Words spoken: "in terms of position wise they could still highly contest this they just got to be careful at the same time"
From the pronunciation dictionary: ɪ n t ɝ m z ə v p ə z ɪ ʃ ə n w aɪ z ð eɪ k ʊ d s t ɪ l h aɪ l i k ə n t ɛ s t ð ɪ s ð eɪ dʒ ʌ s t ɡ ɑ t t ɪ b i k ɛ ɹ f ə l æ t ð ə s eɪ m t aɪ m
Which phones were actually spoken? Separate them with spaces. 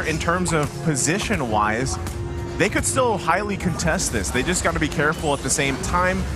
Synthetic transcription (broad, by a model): ɪ n t ɝ m z ə v p ə z ɪ ʃ ə n w aɪ z ð eɪ k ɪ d s t ɪ l h aɪ l i k ə n t ɛ s t ð ɪ s ð eɪ dʒ ʌ s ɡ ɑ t t ɪ b i k ɛ ɹ f l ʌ t ð ə s eɪ m t aɪ m